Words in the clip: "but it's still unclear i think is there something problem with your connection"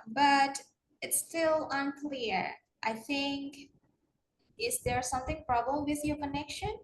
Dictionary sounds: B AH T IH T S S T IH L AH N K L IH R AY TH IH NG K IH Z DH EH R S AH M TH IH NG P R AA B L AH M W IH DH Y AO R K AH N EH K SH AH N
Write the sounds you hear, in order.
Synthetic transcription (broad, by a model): B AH T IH T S S T IH L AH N K L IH R AY TH IH NG K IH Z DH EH R S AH M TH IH NG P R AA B AH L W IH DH Y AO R K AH N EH K SH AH N